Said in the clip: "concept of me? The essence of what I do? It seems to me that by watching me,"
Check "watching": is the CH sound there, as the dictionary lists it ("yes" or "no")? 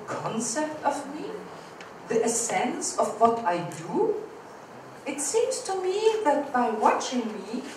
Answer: yes